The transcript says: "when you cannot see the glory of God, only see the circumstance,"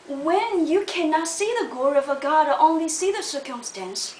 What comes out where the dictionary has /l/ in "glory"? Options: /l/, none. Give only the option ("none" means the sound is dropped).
none